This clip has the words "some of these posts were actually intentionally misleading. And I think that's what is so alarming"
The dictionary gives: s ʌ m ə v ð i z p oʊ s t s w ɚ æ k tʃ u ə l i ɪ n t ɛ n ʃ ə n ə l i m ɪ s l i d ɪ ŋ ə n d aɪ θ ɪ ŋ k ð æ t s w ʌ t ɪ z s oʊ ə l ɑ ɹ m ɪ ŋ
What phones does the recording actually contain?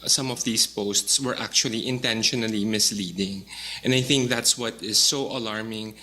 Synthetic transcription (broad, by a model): s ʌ m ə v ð i s p oʊ s t s w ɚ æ k tʃ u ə l i ɪ n t ɛ n ʃ ə n ə l i m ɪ s l i d ɪ ŋ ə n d aɪ θ ɪ ŋ k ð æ t s w ʌ t ɪ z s oʊ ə l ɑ ɹ m ɪ ŋ